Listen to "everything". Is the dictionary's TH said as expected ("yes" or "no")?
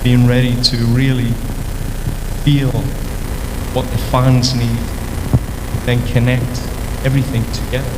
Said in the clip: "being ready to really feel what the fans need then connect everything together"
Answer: yes